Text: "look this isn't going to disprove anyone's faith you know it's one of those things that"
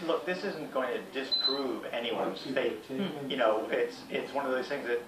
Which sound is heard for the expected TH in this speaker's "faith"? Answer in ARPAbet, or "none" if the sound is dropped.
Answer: T